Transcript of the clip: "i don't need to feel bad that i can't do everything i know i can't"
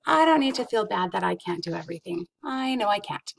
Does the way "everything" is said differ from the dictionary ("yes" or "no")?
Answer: no